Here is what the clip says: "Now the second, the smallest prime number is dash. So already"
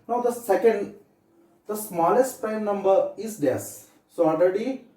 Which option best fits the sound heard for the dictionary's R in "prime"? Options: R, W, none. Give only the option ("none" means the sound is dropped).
none